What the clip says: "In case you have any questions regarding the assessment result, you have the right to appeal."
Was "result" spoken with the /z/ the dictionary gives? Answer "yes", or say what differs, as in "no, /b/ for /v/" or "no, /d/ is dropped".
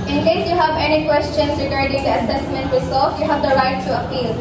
no, /s/ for /z/